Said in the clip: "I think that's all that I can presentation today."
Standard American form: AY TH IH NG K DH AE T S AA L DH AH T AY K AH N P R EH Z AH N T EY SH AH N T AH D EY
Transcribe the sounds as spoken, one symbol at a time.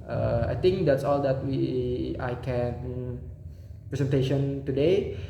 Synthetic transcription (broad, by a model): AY T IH NG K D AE T S AA L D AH T AY K AH N P R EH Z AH N T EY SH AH N T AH D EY